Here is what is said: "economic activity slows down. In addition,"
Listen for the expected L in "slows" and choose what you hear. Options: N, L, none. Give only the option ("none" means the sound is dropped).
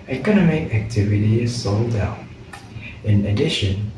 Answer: none